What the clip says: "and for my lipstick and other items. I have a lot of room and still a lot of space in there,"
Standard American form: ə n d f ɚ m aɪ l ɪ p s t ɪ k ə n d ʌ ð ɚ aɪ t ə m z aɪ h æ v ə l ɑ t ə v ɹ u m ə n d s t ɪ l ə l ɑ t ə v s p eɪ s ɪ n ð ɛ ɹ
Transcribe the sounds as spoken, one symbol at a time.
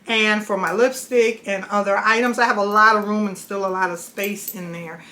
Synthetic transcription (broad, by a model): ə n f ɚ m aɪ l ɪ p s t ɪ k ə n ʌ ð ɚ aɪ t ə m z aɪ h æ v ə l ɑ t ə v ɹ u m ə n s t ɪ l ə l ɑ t ə v s p eɪ s ɪ n ð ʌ ɹ